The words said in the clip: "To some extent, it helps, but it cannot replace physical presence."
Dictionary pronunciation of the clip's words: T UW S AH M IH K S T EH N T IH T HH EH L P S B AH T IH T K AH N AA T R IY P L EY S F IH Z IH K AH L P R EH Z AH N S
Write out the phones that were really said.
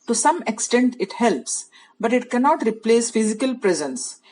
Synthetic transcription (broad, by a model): T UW S AH M IH K S T EH N T IH T HH EH L P S B AH T IH T K AH N AA T R IY P L EY S F IH Z IH K AH L P R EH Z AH N S